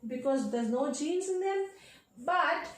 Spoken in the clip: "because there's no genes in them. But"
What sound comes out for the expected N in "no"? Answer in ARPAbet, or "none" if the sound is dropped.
N